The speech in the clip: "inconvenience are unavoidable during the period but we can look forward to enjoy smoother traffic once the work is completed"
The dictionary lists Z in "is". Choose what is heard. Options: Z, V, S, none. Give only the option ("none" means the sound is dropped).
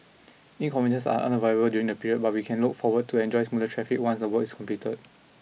S